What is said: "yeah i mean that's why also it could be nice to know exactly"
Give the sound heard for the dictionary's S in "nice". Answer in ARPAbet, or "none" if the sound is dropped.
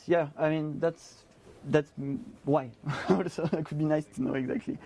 S